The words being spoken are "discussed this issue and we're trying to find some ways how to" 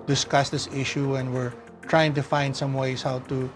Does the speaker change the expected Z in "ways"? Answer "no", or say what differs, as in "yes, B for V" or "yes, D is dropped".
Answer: yes, S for Z